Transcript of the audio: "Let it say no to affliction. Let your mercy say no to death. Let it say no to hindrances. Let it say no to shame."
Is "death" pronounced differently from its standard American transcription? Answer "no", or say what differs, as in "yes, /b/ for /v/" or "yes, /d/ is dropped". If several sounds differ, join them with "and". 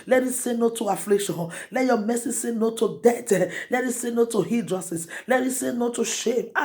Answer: yes, /t/ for /θ/